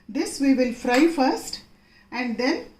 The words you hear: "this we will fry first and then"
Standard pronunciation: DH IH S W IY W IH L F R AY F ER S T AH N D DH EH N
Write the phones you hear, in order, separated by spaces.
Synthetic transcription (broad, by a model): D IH S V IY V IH L F R AY F ER S T AH N D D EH N